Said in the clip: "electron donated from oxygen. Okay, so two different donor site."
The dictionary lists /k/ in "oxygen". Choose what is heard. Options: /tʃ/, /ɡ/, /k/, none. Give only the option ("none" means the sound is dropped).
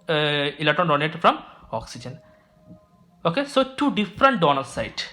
/k/